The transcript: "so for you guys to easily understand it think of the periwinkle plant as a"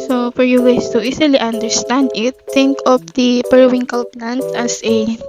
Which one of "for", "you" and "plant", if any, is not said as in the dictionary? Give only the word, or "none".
plant